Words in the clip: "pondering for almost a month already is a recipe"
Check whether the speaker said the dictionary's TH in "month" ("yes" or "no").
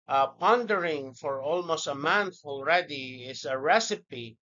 no